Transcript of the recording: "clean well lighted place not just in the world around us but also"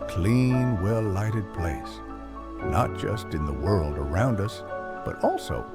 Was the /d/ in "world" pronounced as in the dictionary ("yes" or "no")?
yes